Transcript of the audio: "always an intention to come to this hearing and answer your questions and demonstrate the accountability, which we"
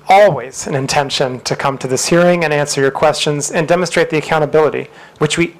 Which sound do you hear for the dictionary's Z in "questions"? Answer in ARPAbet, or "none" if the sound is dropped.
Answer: Z